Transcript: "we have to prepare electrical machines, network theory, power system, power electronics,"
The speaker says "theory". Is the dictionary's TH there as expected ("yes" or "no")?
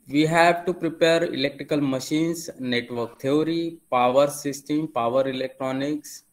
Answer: no